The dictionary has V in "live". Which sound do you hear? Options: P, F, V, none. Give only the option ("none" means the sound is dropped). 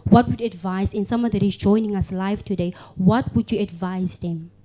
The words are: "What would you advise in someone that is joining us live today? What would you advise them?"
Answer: F